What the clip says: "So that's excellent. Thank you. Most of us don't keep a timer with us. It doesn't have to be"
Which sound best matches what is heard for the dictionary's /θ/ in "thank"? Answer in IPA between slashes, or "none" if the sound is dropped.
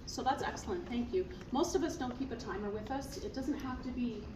/θ/